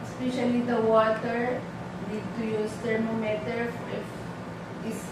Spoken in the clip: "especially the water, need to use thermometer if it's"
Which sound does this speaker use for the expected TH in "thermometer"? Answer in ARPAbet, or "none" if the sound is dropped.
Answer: T